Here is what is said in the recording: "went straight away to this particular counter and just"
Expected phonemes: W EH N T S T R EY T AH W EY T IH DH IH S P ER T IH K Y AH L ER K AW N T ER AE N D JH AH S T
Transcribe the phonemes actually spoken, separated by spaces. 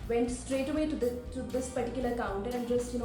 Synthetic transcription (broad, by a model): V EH N T S T R EY T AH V EY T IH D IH S P ER T IH K Y AH L ER K AW N T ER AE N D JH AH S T